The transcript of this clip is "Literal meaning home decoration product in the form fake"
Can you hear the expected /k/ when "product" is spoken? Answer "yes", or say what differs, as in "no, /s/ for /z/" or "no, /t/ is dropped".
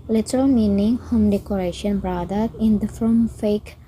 no, /k/ is dropped